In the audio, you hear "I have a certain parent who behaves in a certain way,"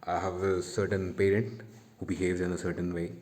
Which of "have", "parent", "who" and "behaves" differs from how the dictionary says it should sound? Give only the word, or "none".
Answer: none